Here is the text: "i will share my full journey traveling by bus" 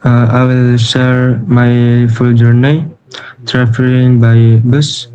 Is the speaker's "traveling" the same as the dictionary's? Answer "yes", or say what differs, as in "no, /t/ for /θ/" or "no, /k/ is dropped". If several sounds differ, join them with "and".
no, /f/ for /v/